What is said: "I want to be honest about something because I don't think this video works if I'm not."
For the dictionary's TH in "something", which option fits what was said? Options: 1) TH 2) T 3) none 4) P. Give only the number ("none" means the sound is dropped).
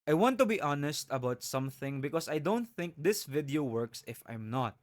1